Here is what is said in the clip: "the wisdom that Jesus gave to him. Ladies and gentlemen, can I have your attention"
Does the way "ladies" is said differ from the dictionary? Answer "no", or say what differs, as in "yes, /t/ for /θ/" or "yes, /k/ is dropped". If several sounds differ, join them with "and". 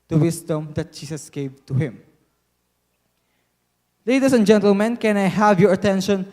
yes, /s/ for /z/